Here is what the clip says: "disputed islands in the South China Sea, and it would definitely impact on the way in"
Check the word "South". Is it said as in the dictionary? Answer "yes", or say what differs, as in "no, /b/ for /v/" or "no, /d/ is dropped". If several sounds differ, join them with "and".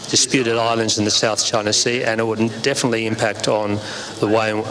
yes